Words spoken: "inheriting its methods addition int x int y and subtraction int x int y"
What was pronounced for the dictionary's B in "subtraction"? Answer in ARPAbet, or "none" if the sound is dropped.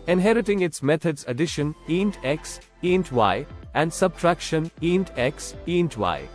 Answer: B